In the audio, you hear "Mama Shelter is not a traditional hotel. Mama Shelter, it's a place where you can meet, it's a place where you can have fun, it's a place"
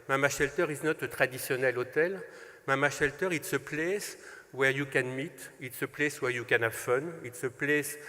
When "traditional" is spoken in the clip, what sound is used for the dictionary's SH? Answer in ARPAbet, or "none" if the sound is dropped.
S